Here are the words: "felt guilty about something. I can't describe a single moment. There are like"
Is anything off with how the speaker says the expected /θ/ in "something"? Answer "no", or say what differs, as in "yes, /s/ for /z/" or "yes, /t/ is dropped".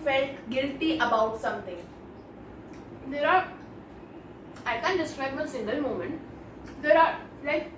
yes, /t/ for /θ/